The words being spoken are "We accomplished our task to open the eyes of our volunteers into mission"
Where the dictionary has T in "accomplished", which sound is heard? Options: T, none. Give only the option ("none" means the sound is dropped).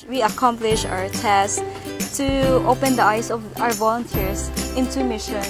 none